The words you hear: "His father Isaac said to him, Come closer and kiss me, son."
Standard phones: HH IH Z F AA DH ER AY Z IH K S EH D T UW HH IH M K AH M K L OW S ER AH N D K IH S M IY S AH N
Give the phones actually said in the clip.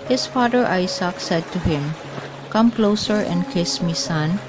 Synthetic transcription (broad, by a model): HH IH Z F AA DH ER AY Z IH K S EH D T UW HH IH M K AH M K L OW S ER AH N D K IH S M IY S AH N